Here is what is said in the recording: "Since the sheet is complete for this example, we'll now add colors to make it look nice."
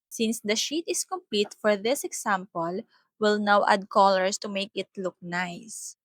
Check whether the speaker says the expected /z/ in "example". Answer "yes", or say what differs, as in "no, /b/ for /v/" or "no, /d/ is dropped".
no, /s/ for /z/